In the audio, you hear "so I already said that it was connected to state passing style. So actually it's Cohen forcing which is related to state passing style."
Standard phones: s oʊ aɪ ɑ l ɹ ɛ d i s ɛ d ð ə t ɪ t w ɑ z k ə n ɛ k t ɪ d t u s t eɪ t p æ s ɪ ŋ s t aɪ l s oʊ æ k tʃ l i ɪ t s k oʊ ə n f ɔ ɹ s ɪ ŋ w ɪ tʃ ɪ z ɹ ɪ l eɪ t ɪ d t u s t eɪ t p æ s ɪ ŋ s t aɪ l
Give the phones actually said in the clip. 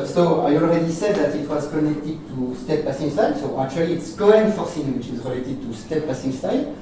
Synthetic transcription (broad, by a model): s oʊ aɪ ɑ l ɹ ɛ d i s ɛ d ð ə t ɪ t w ɑ z k ə n ɛ k t ɪ d t u s t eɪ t p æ s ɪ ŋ s t aɪ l s oʊ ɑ k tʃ w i ɪ t s k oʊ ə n f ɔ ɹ s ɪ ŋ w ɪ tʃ ɪ z ɹ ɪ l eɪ t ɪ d t u s t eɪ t p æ s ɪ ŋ s t aɪ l